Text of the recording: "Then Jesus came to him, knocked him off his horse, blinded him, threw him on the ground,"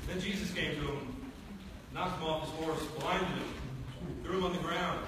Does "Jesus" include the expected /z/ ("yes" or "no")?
yes